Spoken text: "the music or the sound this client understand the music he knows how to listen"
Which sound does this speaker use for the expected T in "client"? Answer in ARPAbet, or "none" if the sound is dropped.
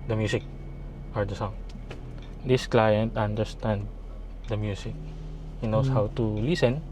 T